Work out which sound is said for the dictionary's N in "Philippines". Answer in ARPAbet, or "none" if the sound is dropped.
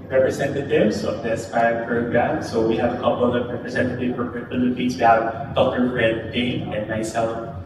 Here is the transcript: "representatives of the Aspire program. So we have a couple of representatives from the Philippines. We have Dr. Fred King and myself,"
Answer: none